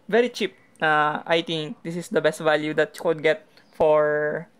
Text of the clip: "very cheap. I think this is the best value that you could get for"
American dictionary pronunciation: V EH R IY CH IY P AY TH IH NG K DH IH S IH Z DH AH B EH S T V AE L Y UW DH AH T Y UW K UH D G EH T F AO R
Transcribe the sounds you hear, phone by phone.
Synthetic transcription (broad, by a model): V EH R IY CH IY P AY T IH NG K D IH S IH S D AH B EH S T V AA L Y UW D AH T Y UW K UH D G EH T F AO R